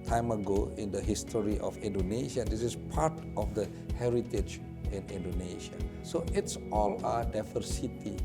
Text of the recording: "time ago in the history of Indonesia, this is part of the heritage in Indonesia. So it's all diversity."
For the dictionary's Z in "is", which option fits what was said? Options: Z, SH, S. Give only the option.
S